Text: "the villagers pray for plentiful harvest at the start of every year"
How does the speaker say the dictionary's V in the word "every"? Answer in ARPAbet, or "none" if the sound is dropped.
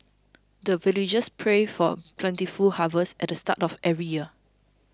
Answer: none